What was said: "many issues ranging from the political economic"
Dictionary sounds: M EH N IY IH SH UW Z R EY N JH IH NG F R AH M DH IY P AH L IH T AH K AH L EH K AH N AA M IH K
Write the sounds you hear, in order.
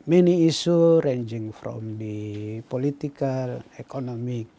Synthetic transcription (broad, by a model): M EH N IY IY S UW R EY N JH IH NG F R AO M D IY P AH L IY T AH K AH L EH K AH N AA M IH K